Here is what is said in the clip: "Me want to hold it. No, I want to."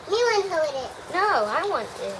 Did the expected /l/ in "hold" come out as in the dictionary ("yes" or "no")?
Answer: no